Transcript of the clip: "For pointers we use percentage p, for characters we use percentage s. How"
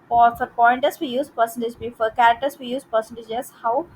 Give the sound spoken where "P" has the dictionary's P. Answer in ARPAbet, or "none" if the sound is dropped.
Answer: B